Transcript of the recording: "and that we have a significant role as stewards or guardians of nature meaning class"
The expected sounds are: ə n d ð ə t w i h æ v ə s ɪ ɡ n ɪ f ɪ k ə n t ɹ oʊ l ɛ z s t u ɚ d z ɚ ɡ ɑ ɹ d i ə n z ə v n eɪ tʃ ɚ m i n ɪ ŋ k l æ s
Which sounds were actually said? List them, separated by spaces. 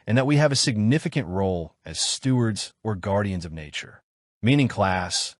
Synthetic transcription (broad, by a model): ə n ð ə t w i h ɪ v ə s ɪ ɡ n ɪ f ɪ k ə n t ɹ oʊ l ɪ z s t u ɚ d z ɚ ɡ ɑ ɹ d i ə n z ə v n eɪ tʃ ɚ m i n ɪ ŋ k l æ s